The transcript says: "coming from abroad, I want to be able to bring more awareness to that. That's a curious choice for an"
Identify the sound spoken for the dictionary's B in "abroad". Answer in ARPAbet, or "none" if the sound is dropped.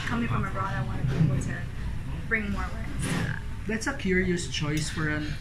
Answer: none